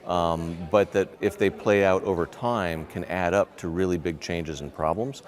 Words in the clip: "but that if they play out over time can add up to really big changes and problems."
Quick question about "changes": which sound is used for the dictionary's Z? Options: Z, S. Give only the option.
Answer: Z